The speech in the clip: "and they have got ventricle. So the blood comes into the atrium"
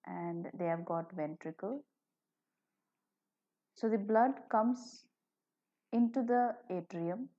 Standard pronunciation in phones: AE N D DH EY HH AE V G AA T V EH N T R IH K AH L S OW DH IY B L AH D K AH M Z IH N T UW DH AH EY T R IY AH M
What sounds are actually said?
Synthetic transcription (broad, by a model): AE N D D EY HH AE V G AA T V EH N T R IH K AH L S OW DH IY B L AH D K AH M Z IH N T UW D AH EY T R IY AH M